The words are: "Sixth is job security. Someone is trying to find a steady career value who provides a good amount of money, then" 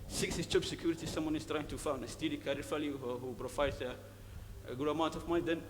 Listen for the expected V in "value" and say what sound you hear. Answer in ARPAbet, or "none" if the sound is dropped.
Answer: F